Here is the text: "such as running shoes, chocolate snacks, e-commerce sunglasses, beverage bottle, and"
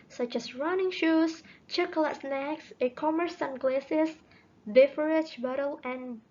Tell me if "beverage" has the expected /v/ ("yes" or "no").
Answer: no